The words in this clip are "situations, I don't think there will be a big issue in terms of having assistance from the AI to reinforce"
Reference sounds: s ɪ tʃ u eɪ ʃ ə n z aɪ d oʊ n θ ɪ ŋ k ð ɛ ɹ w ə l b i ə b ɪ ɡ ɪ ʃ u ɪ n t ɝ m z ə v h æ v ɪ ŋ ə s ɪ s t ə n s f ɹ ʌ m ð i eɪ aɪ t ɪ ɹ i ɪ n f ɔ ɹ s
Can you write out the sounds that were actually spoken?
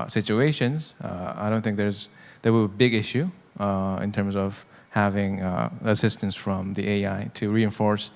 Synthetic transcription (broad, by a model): s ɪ tʃ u eɪ ʃ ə n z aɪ d oʊ n θ ɪ ŋ k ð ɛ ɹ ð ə w b i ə b ɪ ɡ ɪ ʃ u ɪ n t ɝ m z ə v h æ v ɪ ŋ ə s ɪ s t ə n s f ɹ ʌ m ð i eɪ aɪ t ɪ ɹ i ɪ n f ɔ ɹ s